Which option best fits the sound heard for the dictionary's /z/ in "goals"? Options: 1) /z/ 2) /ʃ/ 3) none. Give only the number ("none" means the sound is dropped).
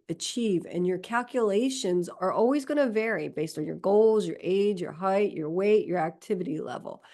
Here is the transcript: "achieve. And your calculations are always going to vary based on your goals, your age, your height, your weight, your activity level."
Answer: 1